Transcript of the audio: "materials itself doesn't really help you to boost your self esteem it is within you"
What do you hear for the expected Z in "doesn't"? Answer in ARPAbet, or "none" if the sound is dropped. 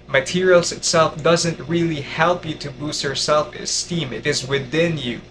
Z